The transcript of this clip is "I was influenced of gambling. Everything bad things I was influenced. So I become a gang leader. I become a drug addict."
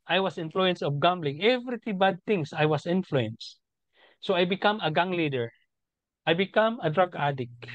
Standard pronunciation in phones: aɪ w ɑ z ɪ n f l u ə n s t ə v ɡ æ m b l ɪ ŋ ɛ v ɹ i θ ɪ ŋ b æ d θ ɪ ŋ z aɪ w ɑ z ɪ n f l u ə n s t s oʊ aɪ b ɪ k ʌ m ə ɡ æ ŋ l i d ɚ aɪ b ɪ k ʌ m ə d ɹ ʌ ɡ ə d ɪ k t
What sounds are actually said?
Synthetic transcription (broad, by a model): aɪ w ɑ s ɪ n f l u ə n s ə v ɡ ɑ m b l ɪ ŋ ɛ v ɹ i t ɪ b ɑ d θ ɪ ŋ s aɪ w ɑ s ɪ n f l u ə n s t s oʊ aɪ b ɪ k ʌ m ə ɡ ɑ ŋ l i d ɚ aɪ b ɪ k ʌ m ə d ɹ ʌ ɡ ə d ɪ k